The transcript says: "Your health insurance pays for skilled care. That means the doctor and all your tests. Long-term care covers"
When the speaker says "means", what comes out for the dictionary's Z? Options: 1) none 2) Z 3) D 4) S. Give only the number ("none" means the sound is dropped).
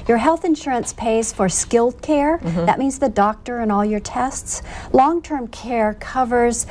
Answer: 2